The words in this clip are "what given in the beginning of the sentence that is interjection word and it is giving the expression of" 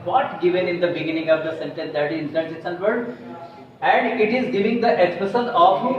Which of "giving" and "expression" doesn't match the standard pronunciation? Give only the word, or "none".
expression